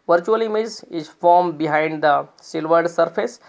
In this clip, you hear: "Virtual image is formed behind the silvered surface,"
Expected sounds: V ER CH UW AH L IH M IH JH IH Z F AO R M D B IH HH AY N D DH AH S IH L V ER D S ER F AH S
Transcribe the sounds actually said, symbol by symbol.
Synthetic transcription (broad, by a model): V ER CH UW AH L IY M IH Z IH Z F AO R M B IH HH AY N D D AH S IH L V ER D S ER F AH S